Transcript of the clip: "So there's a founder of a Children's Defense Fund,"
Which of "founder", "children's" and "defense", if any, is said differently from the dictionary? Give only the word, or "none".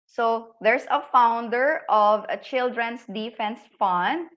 children's